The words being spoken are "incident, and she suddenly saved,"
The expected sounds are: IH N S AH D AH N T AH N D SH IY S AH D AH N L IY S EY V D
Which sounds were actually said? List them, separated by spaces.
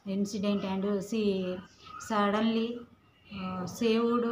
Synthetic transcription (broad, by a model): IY N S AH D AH N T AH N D S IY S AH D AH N L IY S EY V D